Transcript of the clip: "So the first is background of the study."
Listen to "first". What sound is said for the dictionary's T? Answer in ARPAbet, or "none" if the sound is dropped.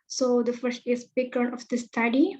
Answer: T